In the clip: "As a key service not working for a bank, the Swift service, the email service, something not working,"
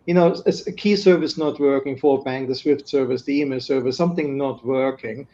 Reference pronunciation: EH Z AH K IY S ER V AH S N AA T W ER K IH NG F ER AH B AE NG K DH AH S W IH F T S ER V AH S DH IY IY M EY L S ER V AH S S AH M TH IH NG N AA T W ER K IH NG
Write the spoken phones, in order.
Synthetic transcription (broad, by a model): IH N AH K IY S ER V AH S N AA T W ER K IH NG F ER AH B AE NG K DH AH S W IH F T S ER V AH S DH IY IY M EY L S ER V AH S S AH M TH IH NG N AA T W ER K IH NG